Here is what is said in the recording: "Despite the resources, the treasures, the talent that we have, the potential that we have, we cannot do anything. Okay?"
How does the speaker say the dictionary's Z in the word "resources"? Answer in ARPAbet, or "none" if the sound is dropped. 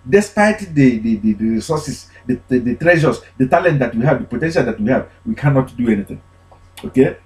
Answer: S